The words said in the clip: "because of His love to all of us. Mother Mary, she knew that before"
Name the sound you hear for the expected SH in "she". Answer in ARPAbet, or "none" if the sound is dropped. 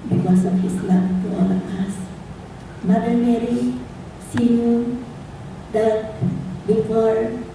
S